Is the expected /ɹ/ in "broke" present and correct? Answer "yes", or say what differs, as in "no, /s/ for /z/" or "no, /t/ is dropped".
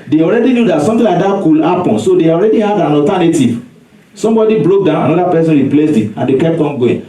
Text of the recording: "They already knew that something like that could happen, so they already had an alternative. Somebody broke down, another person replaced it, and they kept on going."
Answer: no, /l/ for /ɹ/